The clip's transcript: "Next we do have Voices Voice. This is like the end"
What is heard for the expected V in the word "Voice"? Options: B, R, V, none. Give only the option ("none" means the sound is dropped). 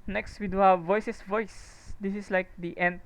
V